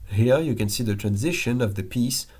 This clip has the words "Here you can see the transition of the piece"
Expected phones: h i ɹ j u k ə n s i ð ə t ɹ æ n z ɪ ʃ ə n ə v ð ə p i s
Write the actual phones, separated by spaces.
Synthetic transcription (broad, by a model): h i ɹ j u k ə n s i ð ə t ɹ æ n z ɪ ʃ ə n ə v ð ə p i s